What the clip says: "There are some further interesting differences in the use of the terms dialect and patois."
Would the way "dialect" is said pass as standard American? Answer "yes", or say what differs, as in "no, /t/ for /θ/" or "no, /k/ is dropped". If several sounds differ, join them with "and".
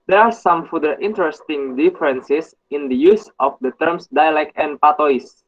yes